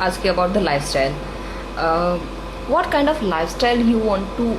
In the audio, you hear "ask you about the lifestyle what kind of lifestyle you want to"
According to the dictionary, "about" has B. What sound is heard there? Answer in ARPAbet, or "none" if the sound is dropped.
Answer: B